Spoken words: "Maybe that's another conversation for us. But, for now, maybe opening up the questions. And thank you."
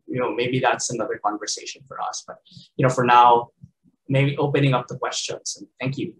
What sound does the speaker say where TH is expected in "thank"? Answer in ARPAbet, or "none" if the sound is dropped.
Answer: TH